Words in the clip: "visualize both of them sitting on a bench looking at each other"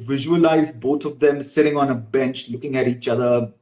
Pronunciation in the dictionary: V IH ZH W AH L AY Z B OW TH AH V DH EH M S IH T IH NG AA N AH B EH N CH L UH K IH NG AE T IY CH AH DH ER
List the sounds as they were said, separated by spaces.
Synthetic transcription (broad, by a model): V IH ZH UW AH L AY Z B OW T AH V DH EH M S IH T IH NG AA N AH B EH N CH L UH K IH NG AE T IY CH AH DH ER